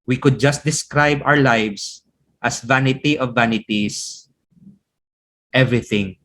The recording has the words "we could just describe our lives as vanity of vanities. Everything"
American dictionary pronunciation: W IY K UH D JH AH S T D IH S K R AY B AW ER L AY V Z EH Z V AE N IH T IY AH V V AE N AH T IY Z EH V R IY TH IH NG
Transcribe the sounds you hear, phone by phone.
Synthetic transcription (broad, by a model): W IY K UH D JH AH S T D IH S K R AY B AW ER L AY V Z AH S V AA N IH T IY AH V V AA N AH T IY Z EH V R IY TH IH NG